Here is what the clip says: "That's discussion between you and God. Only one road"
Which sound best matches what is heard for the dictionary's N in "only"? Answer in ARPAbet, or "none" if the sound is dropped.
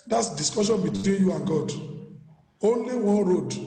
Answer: N